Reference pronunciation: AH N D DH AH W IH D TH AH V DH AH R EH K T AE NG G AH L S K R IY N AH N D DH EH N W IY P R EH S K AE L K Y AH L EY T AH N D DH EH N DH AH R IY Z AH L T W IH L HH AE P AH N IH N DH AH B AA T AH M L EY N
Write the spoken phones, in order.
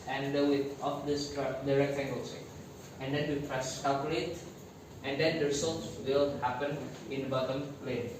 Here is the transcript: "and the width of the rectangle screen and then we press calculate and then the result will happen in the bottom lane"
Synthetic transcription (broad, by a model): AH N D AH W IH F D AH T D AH R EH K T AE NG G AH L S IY AH N D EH N W IY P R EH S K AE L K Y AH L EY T AH N D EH N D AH R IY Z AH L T W IH L HH AE P AH N IH N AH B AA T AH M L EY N